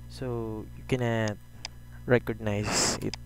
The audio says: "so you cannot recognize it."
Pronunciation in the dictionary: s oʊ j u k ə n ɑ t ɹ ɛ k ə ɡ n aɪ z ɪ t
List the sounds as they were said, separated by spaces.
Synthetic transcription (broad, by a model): s oʊ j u k ə n ɑ t ɹ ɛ k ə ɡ n aɪ s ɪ t